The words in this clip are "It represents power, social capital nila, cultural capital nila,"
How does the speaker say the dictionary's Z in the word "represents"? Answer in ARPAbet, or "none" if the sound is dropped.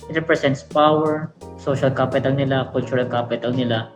S